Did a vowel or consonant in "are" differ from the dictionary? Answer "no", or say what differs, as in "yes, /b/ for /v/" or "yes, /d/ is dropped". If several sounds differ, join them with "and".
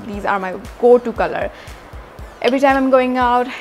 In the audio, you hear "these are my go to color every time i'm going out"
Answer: no